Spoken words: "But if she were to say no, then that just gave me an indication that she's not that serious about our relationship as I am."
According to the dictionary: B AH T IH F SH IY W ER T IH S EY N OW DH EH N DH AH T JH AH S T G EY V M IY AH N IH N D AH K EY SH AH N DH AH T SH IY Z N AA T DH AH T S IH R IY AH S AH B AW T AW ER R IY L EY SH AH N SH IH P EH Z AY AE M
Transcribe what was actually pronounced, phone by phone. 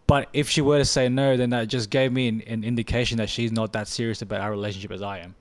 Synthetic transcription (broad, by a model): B AH T IH F SH IY W ER T IH S EY N OW DH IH N DH AH T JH AH S G EY V M IY AH N IH N D AH K EY SH AH N DH AH T SH IY Z N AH T DH AH T S IH R IY AH S AH B AW T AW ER R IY L EY SH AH N SH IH P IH Z AY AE M